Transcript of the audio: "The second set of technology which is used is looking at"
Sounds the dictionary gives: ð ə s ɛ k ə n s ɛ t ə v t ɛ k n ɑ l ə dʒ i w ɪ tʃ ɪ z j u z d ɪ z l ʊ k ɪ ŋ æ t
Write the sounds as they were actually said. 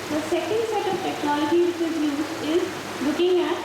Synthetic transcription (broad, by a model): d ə s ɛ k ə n s ɛ t ə v t ɛ k n ɑ l ə dʒ i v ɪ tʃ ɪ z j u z ɪ z l ʊ k ɪ ŋ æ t